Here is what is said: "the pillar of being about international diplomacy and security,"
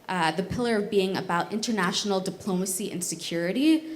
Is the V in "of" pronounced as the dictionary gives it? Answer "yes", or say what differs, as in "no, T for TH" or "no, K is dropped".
yes